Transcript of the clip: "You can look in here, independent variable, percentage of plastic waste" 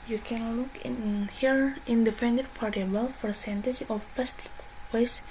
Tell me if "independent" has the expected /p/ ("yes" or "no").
no